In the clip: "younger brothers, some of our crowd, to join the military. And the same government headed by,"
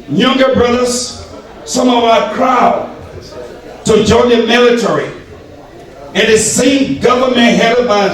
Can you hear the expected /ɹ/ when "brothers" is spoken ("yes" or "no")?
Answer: yes